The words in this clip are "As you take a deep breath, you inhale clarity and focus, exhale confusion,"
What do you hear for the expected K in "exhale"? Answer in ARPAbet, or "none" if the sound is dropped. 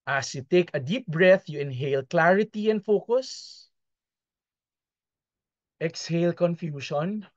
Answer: K